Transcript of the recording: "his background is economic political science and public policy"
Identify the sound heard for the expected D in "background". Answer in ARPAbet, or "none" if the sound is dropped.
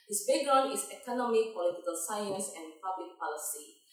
none